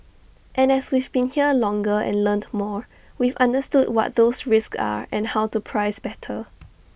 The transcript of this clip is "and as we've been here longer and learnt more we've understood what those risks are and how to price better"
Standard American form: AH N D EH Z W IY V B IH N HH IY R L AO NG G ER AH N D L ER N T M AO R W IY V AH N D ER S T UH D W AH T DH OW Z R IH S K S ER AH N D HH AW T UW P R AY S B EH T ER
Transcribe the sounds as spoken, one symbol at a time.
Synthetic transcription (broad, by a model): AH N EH S W IY V B IH N HH IY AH L AO NG G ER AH N L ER N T M AO R W IY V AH N D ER S T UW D W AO T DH OW S R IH S K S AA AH N HH AW T UW P R AY S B EH T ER